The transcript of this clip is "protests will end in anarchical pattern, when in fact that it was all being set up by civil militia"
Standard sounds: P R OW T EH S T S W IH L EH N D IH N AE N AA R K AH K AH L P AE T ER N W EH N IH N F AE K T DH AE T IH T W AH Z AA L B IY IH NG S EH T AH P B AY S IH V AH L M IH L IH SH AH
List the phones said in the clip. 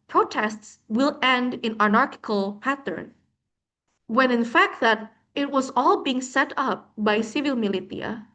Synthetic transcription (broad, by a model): P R OW T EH S T S W IH L EH N D IH N AE N AA R K AH K AH L P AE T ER N W EH N IH N F AE K T DH AE T IH T W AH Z AA L B IY IH NG S EH T AH P B AY S IH V AH L M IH L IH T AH